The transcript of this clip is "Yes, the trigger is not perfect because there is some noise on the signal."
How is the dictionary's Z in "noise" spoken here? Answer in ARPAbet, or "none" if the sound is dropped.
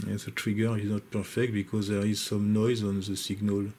Z